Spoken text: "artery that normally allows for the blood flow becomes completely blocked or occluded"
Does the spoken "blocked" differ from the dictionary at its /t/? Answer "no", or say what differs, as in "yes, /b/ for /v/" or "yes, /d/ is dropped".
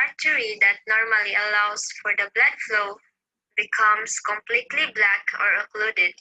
yes, /t/ is dropped